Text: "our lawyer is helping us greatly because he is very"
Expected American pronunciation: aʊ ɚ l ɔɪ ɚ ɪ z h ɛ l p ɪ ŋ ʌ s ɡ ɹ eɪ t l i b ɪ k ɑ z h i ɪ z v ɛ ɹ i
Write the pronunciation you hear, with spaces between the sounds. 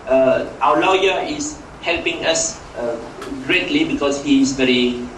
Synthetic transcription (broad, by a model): aʊ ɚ l ɔɪ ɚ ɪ s h ɛ l p ɪ ŋ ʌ s ɡ ɹ eɪ t l i b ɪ k ɑ s h i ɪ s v ɛ ɹ i